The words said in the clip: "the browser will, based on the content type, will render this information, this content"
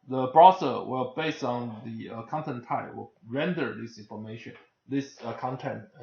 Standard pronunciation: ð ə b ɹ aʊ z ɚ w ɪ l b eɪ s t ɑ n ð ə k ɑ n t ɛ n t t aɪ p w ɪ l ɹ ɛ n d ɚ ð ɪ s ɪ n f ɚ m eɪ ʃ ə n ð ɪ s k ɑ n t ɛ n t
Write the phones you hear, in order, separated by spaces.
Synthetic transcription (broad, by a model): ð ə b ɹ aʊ s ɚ w ɪ l b eɪ s t ɑ n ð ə k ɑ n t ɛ n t t aɪ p w ɪ l ɹ ɛ n d ɚ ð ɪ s ɪ n f ɚ m eɪ ʃ ə n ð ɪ s k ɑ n t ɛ n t